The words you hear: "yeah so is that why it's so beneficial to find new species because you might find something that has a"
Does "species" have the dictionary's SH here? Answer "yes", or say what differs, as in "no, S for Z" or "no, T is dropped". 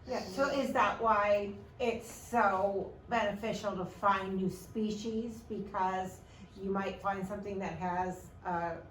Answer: yes